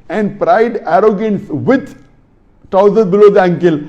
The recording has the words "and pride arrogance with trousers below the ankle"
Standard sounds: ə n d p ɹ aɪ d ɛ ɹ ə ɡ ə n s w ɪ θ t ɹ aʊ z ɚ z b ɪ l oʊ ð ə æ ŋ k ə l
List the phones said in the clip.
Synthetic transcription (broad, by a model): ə n d p ɹ aɪ d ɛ ɹ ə ɡ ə n s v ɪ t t aʊ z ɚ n b ɪ l oʊ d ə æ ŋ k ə l